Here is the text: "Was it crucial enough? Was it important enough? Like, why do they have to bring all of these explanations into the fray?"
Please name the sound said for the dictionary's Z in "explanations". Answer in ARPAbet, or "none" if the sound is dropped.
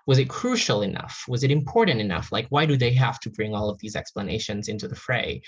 Z